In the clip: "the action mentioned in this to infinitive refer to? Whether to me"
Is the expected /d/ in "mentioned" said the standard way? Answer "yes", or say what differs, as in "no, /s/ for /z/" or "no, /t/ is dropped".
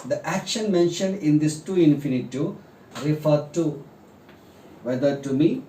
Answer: yes